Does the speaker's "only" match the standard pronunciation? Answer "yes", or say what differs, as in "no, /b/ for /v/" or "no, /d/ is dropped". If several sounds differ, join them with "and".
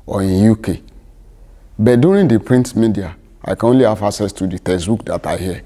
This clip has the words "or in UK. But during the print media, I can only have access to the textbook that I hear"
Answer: yes